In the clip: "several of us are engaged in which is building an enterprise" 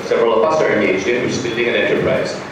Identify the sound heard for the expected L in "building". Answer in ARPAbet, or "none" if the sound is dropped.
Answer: N